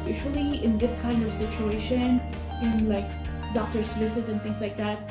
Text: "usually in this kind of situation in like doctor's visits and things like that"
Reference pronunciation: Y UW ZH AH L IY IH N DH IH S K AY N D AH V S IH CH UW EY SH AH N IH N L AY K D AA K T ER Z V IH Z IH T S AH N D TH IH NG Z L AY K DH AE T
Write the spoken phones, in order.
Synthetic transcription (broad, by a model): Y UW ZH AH L IY IH N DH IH S K AY N D AH V S IH CH UW EY SH AH N IH N L AY K D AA K T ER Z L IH S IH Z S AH N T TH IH NG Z L AY K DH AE T